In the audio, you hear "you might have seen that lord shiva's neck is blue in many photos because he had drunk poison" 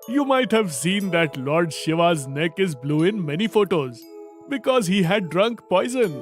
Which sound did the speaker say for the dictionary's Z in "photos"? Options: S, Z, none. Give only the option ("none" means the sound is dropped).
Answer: Z